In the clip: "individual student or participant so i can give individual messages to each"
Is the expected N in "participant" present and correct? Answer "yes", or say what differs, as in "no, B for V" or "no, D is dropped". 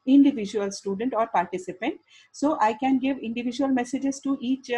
yes